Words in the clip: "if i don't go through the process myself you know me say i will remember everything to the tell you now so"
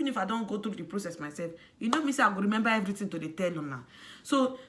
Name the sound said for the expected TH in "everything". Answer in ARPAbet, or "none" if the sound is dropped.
T